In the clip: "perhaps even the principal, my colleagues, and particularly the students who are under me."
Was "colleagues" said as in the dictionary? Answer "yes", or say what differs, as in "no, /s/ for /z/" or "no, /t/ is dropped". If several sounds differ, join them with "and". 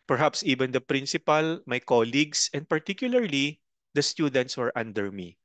no, /s/ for /z/